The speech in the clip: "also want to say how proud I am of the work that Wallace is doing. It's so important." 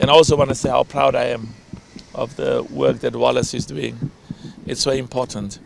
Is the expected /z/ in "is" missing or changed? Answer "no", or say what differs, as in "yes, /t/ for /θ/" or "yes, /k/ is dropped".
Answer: no